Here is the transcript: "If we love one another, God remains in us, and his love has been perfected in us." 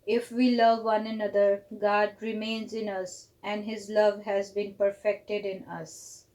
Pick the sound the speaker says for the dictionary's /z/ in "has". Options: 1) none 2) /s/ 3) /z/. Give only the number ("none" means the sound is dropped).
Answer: 3